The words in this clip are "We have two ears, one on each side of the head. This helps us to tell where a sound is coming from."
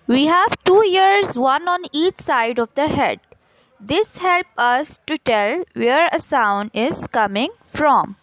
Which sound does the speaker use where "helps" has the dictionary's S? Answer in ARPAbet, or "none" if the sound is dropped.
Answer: none